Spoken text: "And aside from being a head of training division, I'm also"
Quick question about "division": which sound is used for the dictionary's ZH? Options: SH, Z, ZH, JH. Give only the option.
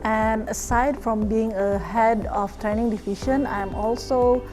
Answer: SH